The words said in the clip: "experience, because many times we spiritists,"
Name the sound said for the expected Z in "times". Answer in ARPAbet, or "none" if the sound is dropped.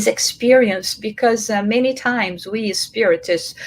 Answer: Z